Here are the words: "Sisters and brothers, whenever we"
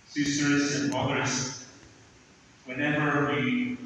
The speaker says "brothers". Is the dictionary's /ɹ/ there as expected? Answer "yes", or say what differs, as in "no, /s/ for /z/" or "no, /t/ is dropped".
no, /ɹ/ is dropped